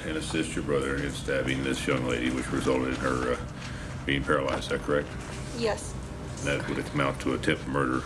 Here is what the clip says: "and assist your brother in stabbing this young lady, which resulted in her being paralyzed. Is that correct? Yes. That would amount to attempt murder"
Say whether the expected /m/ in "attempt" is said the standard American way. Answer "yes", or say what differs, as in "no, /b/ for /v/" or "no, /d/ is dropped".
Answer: no, /m/ is dropped